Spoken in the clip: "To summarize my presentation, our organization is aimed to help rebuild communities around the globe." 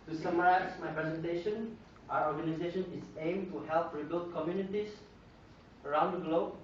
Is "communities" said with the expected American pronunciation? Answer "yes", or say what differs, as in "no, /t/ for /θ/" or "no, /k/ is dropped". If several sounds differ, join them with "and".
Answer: no, /s/ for /z/